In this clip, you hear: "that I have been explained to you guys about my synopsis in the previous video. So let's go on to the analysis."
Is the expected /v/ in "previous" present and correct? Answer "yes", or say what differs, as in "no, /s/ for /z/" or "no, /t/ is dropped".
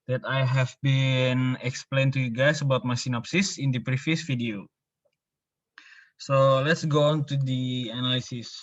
no, /f/ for /v/